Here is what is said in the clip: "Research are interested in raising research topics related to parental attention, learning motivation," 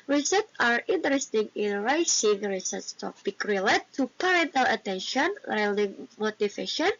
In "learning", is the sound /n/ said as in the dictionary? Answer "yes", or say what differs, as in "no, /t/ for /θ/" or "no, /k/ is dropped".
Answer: no, /l/ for /n/